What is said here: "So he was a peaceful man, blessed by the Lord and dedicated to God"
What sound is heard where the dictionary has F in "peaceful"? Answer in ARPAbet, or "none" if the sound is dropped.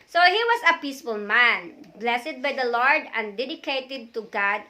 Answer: F